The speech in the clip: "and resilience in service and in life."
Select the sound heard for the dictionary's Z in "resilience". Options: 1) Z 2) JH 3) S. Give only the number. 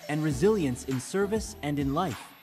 1